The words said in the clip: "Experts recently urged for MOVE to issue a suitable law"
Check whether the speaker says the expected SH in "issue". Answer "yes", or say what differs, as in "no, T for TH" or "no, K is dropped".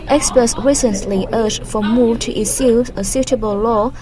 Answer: no, S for SH